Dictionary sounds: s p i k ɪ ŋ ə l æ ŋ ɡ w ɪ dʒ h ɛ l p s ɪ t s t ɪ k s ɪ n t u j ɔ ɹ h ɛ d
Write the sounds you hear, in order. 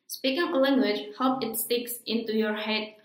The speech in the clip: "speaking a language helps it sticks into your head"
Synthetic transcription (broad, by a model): s p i k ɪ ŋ ə l æ ŋ ɡ w ɪ dʒ h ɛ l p ɪ t s t ɪ k s ɪ n t u j ɔ ɹ h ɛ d